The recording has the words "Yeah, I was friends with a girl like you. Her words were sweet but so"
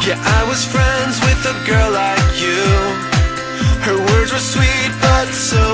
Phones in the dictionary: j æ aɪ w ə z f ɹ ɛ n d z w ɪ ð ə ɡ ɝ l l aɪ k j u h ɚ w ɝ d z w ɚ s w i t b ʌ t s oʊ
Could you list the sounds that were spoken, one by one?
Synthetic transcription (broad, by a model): j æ aɪ w ə z f ɹ ɛ n d z w ɪ ð ə ɡ ɝ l l aɪ k j u h ɚ w ɝ d z w ɚ s w i t b ʌ t s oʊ